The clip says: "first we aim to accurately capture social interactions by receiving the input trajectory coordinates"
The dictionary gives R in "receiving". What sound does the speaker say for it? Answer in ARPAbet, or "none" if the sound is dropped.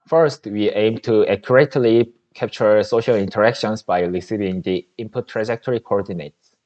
L